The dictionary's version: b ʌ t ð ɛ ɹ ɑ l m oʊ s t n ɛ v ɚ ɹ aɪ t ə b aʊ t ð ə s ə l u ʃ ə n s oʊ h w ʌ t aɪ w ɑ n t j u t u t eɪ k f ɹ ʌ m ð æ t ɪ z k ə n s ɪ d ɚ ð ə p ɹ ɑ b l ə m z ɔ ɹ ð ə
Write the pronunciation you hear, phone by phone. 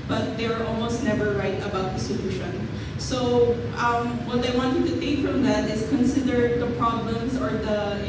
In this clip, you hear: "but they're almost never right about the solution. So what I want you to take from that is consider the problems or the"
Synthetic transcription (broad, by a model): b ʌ t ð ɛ ɹ ɑ l m oʊ s t n ɛ v ɚ ɹ aɪ t ə b aʊ t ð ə s ə l u ʃ ə n s oʊ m w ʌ t aɪ w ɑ n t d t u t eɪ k f ɹ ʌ m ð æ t ɪ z k ə n s ɪ d ɚ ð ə p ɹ ɑ b l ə m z ɔ ɹ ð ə